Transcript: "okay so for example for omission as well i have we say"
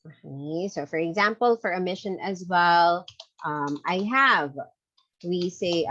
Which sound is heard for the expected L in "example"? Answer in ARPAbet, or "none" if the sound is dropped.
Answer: L